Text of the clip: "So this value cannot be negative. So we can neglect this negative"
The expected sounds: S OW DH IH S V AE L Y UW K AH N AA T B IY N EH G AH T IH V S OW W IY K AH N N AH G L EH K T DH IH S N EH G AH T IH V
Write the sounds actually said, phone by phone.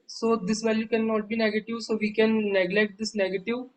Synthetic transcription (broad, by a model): S OW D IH S V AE L Y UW K AH N AA T B IY N EH G AH T IH V S OW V IY K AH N N AH G L EH K T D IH S N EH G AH T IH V